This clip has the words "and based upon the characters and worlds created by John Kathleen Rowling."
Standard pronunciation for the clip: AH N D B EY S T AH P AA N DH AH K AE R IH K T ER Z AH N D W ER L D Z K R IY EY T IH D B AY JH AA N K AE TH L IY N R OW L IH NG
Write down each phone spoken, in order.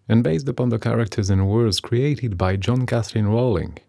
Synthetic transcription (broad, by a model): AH N B EY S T AH P AA N DH AH K AE R IH K T ER Z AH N W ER D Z K R IY EY T IH D B AY JH AA N K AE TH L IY N R OW L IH NG